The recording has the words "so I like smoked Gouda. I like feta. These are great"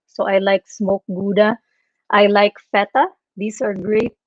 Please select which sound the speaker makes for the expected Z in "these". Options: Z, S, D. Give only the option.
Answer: S